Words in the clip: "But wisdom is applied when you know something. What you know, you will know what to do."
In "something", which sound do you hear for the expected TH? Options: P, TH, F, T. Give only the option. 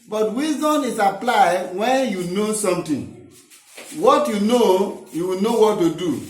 T